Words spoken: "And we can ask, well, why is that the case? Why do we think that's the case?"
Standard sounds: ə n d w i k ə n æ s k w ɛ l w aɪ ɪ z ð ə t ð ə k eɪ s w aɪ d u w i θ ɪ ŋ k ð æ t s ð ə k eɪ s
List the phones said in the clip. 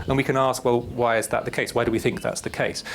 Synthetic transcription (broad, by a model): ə n w i k ə n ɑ s k w ɛ l w aɪ ɪ z ð ə t ð ə k eɪ s w aɪ d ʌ w i θ ɪ ŋ k ð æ t s ð ə k eɪ s